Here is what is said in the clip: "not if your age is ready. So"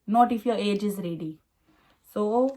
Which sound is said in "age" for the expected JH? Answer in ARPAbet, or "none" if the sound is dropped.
JH